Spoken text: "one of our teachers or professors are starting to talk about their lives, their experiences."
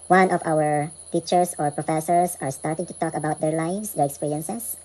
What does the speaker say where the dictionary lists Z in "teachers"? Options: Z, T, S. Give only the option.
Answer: S